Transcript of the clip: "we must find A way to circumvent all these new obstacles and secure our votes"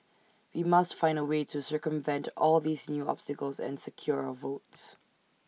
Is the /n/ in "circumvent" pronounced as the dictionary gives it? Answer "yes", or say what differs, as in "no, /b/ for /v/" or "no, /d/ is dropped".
yes